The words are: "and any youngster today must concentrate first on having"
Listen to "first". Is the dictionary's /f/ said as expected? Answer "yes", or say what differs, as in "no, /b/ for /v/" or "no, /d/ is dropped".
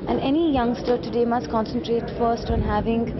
yes